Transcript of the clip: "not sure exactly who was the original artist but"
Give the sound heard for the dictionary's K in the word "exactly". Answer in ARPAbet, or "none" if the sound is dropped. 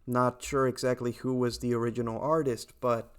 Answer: K